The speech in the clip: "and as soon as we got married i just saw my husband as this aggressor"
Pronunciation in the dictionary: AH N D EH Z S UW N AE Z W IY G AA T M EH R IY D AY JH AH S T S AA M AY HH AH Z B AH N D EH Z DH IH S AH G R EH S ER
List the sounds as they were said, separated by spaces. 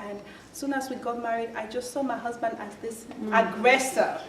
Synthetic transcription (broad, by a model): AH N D S UW N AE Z W IY G AA T M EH R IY D AY JH AH S T S AA M AY HH AH Z B AH N D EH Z DH IH S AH G R EH S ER